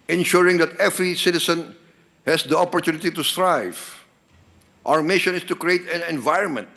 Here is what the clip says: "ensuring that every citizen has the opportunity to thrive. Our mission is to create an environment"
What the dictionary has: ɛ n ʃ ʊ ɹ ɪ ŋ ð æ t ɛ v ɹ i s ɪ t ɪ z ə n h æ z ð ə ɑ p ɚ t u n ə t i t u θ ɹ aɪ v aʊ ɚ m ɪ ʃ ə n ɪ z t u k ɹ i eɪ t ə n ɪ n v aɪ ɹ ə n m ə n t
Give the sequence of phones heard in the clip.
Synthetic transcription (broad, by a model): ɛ n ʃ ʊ ɹ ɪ ŋ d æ t ɛ v ɹ i s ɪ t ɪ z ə n h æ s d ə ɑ p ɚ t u n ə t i t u t ɹ aɪ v aʊ ɚ m ɪ ʃ ə n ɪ s t u k ɹ i eɪ t ə n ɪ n v aɪ ɹ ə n m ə n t